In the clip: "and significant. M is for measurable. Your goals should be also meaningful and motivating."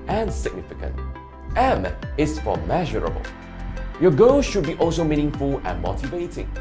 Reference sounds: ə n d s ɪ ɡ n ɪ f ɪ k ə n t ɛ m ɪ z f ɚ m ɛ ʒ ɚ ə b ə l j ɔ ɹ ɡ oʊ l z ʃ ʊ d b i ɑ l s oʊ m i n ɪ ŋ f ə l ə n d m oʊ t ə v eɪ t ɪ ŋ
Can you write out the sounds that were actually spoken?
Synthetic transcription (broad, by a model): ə n s ɪ ɡ n ɪ f ɪ k ə n t ɛ m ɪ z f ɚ m ɛ ʒ ɚ ə b ə l j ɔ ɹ ɡ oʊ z ʃ ʊ d b i ɑ l s oʊ m i n ɪ ŋ f ə l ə n m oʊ t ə v eɪ t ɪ ŋ